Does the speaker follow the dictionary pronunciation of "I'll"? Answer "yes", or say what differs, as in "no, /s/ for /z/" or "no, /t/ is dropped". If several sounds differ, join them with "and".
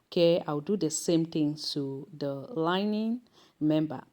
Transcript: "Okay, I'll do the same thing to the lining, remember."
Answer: no, /w/ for /l/